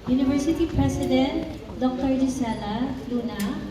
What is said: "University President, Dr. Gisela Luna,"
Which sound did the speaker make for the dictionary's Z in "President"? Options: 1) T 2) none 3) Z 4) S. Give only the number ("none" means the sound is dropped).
4